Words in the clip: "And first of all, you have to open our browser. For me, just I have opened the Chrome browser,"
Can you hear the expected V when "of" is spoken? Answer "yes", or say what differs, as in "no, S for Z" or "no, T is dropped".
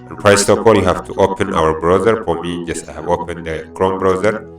no, P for V